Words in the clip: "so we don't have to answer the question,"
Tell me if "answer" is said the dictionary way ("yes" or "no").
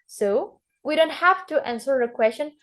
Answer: yes